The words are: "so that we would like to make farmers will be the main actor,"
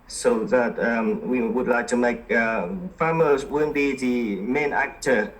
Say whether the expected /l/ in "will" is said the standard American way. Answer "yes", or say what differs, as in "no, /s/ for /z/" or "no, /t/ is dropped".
no, /n/ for /l/